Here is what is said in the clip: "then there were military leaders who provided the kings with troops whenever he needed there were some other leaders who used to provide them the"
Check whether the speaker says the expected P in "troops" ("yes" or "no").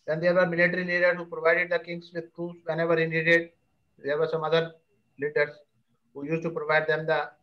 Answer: no